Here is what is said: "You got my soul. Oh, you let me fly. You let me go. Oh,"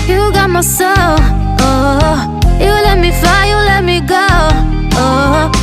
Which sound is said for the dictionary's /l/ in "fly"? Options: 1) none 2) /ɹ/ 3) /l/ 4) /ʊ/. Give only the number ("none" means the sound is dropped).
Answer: 1